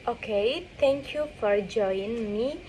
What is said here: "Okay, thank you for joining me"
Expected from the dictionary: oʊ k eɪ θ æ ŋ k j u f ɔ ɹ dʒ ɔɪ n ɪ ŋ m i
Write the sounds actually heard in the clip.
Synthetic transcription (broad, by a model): oʊ k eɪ t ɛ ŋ k j u f ɔ ɹ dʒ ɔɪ ɪ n m i